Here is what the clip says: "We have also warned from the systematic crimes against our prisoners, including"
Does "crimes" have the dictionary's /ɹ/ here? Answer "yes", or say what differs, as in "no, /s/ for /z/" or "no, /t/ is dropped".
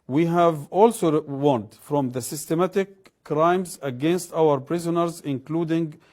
yes